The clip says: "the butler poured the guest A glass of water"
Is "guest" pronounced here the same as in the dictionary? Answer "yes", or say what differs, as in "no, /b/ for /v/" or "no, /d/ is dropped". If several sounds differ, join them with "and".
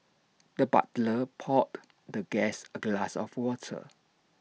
no, /t/ is dropped